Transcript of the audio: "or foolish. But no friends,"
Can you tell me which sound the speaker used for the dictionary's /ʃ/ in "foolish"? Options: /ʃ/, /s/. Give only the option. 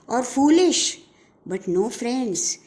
/ʃ/